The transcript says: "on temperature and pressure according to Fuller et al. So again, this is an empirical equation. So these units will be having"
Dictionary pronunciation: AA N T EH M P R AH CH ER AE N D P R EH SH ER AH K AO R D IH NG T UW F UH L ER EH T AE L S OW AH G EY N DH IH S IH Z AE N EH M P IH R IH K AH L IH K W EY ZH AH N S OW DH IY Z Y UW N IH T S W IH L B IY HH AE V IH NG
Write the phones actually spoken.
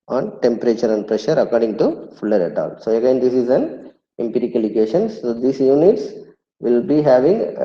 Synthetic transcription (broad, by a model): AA N T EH M P R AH CH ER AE N D P R EH SH ER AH K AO R D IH NG T UW F UH L ER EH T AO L S OW AH G EY N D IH S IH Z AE N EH M P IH R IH K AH L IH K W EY SH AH N S OW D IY S Y UW N IH T S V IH L B IY HH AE V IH NG